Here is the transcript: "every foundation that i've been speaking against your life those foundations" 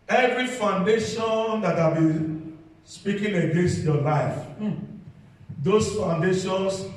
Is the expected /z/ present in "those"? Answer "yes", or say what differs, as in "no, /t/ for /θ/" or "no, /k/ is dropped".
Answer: no, /s/ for /z/